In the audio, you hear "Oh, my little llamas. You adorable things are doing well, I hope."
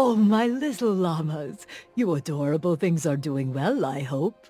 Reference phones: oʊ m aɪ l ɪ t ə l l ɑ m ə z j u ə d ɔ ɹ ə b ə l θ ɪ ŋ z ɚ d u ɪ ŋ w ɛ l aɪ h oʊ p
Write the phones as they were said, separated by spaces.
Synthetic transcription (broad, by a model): oʊ m aɪ l ɪ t l l ɑ m ə z j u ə d ɔ ɹ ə b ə l θ ɪ ŋ z ɚ d u ɪ ŋ w ɛ l aɪ h oʊ p